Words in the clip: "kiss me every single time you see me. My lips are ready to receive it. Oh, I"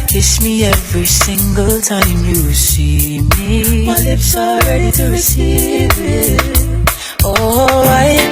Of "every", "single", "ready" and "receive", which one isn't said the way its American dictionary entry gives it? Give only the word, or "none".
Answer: none